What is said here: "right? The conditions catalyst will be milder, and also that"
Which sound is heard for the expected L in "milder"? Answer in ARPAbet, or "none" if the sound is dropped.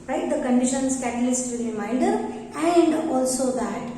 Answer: N